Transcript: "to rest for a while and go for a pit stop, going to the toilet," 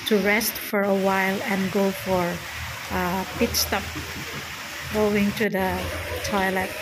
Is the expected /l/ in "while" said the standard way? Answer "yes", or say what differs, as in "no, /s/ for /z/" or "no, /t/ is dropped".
yes